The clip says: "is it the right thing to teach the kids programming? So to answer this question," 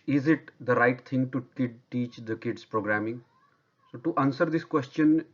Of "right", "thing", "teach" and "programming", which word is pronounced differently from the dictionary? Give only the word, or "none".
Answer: thing